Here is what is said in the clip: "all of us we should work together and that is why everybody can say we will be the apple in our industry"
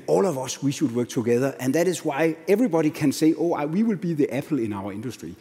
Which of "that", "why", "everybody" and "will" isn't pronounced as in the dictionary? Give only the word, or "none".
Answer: none